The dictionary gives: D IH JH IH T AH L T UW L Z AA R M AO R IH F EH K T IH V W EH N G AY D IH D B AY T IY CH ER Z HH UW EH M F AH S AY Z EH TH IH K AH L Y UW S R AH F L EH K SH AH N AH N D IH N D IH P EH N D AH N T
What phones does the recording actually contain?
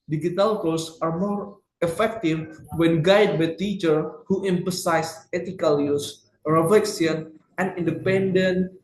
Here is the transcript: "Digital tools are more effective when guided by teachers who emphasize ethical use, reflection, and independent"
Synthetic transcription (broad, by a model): D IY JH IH T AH L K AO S AA R M AO R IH F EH K T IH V W EH N G AY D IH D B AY T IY CH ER HH UW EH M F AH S AY S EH T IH K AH L Y UW S R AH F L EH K S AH N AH N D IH N D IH P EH N D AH N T